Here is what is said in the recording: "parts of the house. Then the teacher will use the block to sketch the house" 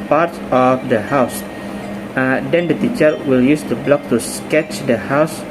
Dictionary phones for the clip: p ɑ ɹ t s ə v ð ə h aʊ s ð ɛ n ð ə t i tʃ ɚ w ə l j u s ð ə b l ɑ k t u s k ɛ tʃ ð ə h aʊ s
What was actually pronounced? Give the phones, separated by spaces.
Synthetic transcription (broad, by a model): p ɑ ɹ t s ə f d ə h aʊ s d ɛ n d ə t i tʃ ɚ w ə l j u s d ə b l ɑ k t u s k ɛ tʃ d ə h aʊ s